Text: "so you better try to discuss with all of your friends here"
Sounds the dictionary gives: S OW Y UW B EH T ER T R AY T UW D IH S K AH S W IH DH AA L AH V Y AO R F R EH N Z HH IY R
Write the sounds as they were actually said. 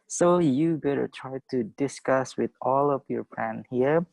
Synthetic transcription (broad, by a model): S OW Y UW B EH T ER T R AY T UW D IH S K AH S W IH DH AA L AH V Y AO R P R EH N HH IY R